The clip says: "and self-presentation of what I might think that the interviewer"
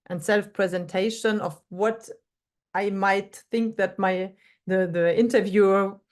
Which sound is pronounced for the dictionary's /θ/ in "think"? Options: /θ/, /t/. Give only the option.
/θ/